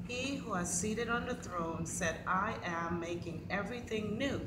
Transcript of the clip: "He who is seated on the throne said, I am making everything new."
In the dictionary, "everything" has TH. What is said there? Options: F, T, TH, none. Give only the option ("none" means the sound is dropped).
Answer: TH